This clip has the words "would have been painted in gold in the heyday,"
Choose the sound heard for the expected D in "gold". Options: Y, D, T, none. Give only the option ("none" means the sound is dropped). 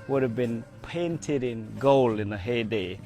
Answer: none